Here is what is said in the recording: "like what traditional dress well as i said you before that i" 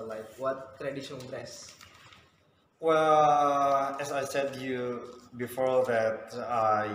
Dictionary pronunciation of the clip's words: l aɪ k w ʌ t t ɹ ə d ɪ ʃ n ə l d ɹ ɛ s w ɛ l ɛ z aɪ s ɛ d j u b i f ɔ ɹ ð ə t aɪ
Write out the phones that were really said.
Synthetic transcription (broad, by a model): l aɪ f w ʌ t t ɹ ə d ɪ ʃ ə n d ɹ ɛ s w ɛ l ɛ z aɪ s ɛ d j u b i f ɔ ɹ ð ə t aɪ